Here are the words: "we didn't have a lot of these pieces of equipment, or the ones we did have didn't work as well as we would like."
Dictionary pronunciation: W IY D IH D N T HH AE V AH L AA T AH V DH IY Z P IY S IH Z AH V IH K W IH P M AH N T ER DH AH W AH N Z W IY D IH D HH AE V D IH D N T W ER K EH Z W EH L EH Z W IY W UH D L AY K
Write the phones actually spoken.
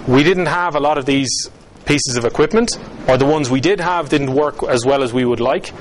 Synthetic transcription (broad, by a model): W IY D IH D N T HH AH V AH L AA T AH V DH IY Z P IY S IH Z AH V IH K W IH P M AH N T ER DH AH W AH N Z W IY D IH D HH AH V D IH D N T W ER K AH Z W EH L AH Z W IY W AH D L AY K